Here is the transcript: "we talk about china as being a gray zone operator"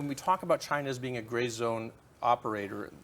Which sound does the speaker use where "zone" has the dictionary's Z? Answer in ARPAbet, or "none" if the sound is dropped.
Z